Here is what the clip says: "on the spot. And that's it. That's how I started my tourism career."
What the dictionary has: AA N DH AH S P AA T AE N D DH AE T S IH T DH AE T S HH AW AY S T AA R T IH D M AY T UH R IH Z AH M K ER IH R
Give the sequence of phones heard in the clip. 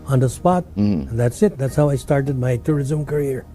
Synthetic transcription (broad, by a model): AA N DH AH S P AA T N DH AE T S IH T DH AE T S HH AW AY S T AA R T IH D M AY T UH R IH Z AH M K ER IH R